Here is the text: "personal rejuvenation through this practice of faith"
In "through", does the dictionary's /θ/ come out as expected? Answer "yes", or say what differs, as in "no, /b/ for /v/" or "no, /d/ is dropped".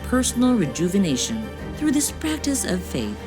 yes